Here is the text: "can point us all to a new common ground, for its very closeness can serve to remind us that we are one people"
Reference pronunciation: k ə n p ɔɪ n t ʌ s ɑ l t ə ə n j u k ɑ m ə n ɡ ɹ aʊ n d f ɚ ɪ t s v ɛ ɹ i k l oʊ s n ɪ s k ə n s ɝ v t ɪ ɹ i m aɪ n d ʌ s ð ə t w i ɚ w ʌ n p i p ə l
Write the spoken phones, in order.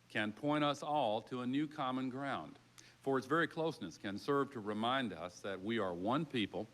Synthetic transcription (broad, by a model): k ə n p ɔɪ t ʌ s ɑ l t ə ə n j u k ɑ m ə n ɡ ɹ aʊ n d f ɚ ɪ t s v ɛ ɹ i k l oʊ s n ɪ s k ə n s ɝ v t ɪ ɹ i m aɪ n d ʌ s ð ə t w i ɚ w ʌ n p i p l